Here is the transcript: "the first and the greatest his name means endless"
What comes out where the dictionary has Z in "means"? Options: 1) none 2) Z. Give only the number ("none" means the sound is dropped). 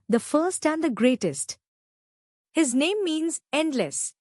2